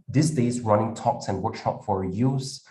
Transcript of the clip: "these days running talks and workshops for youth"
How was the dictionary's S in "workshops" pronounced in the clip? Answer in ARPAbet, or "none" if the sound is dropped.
none